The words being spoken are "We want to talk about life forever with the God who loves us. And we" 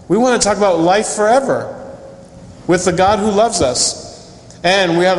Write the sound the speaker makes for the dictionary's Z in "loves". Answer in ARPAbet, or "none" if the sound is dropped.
Z